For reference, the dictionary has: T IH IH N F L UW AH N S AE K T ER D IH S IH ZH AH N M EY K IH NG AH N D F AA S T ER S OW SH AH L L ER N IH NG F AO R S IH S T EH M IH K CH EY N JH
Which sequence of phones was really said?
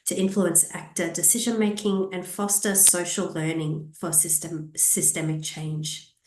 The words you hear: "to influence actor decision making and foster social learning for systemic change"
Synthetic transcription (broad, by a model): T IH IH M F L UW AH N S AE K T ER D IH S IH ZH AH N M EY K IH NG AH N F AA S T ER S OW SH AH L L ER N IH NG F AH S S IH S T EH M IH K CH EY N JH